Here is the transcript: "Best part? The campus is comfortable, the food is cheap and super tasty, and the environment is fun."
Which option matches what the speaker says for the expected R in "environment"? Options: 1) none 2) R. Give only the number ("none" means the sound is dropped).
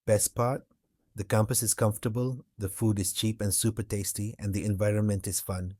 2